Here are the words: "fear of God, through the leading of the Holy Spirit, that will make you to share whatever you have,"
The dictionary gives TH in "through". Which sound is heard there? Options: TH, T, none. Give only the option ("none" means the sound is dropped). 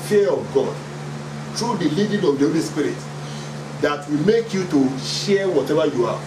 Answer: T